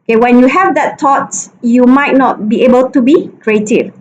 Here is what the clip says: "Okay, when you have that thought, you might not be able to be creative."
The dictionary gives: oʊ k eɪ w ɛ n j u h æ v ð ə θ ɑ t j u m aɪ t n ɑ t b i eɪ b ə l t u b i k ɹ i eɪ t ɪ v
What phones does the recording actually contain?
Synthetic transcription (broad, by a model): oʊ k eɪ w ɛ n j u h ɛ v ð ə t ɑ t j u m aɪ t n ɑ t b i eɪ b ə l t u b i k ɹ i eɪ t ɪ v